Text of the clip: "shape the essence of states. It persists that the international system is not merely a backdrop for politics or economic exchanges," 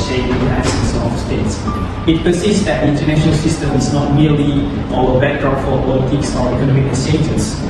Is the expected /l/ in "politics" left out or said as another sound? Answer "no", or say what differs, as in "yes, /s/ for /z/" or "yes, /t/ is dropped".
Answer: yes, /w/ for /l/